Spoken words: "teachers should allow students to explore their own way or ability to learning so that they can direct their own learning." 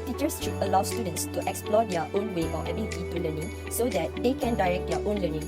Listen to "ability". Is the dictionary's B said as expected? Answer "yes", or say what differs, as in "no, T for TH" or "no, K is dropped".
no, B is dropped